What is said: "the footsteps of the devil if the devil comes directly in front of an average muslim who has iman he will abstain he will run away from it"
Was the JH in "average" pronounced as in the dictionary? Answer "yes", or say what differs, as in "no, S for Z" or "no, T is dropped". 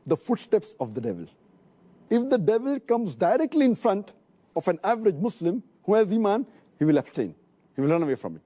yes